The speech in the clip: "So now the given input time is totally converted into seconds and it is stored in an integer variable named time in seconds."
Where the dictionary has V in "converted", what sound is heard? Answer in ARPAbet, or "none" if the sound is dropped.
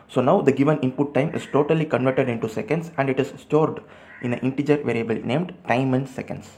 V